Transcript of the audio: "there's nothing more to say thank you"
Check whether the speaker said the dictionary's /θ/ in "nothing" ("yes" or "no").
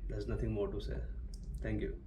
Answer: no